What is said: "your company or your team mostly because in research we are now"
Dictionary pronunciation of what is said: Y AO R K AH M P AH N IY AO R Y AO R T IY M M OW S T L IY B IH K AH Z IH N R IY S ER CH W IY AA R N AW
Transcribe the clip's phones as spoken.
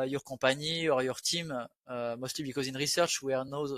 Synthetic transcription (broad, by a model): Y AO R K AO P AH N IY AO R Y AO R T IY M M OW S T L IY B IH K AH Z IH N R IY S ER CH W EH R N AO